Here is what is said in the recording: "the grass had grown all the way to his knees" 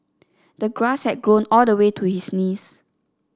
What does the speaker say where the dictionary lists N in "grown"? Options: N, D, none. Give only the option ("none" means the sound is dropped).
N